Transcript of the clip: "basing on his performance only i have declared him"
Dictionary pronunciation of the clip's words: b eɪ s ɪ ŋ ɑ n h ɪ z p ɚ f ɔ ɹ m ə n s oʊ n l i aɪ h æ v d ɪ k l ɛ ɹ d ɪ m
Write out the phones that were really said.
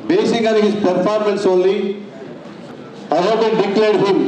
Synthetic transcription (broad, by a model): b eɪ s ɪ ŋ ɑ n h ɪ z p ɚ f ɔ ɹ m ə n s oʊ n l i aɪ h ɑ b d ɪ k l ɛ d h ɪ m